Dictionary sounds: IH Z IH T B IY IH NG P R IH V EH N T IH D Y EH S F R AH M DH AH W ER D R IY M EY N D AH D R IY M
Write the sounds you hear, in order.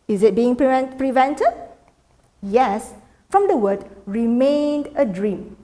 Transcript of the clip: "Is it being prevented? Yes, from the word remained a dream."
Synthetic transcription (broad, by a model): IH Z IH T B IY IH NG P R IH V EH N T IH D Y EH S F R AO M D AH W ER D R IY M EY N D AH D R IY M